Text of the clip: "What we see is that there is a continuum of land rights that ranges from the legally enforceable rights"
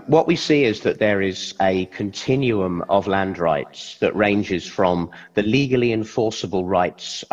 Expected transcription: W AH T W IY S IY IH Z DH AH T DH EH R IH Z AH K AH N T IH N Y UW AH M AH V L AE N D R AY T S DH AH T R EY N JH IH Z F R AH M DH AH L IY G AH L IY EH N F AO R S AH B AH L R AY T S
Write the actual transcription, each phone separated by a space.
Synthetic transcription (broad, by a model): W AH T W IY S IY IH Z DH AH T DH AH R IH Z AH K AH N T IH N Y UW AH M AH V L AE N D R AY T S DH AH T R EY N JH IH Z F R AH M DH AH L IY G AH L IY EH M F AO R S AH B AH L R AY T S